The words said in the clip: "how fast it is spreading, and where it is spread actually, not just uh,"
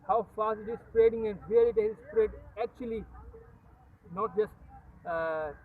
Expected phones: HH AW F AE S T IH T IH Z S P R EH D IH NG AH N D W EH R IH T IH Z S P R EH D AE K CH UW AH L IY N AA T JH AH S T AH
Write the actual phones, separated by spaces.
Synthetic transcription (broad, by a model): HH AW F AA S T IH T IH Z S P R EH D IH NG AH N D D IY L IH T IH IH S P R EH D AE K CH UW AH L IY N AA T JH AH S T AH